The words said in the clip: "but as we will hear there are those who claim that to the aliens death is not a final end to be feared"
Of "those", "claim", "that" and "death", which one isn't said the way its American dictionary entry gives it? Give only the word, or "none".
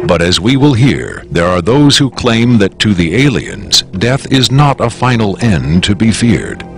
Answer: none